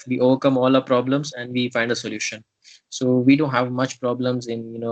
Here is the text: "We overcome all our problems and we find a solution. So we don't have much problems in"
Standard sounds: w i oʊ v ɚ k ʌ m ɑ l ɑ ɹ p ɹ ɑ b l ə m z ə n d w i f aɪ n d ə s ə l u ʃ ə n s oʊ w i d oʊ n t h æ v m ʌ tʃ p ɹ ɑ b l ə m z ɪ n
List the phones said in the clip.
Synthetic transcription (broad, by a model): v i oʊ v ɚ k ʌ m ɑ l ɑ p ɹ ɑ b l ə m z ə n d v i f aɪ n d ə s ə l u ʃ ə n s oʊ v i d oʊ n t h æ v m ʌ tʃ p ɹ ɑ b l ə m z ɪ n